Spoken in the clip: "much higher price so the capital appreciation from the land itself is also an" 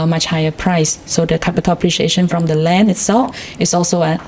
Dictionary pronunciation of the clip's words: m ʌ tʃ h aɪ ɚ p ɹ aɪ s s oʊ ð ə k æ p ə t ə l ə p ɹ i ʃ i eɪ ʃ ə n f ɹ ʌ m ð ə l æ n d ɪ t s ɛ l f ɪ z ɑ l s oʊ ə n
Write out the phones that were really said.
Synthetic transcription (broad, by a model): m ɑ tʃ h aɪ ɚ p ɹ aɪ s s oʊ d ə k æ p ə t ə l ə p ɹ i ʃ i eɪ ʃ ə n f ɹ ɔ m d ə l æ n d ɪ t s ɛ l f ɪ s ɑ l s oʊ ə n